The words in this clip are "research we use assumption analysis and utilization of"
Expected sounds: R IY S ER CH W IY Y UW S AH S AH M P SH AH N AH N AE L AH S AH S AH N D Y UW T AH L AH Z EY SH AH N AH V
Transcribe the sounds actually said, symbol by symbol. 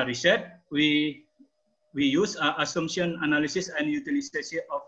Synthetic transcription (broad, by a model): R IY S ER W W IY Y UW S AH S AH M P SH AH N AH N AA L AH S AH S AH N D Y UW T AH L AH S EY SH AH AH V